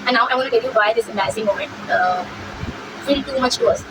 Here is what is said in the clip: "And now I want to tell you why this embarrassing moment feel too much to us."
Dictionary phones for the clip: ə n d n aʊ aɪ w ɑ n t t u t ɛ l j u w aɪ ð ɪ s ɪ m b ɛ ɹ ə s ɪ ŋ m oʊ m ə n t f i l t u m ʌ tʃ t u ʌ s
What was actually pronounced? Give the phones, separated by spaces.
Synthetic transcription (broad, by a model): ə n n aʊ aɪ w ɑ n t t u t ɛ l j u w aɪ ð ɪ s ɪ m ɛ ə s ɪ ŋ m oʊ m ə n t f i l t u m ʌ tʃ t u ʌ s